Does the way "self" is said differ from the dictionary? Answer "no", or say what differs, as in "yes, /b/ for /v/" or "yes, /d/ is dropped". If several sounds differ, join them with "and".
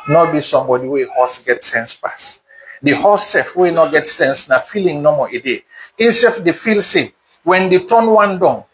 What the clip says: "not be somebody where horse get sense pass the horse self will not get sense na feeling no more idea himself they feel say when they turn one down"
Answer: yes, /l/ is dropped